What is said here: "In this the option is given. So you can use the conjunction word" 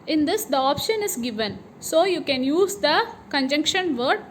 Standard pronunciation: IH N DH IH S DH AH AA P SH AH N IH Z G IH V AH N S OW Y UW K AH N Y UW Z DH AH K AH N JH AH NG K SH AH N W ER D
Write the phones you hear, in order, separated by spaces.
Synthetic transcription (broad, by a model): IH N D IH S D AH AA P SH AH N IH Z G IH V AH N S OW Y UW K AH N Y UW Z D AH K AH N JH AH NG K SH AH N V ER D